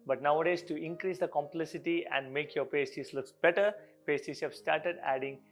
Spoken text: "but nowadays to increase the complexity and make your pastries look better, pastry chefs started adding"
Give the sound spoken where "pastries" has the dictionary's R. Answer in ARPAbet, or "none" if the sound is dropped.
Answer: none